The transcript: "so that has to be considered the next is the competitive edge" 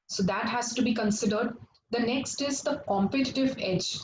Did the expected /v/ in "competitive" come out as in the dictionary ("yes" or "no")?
yes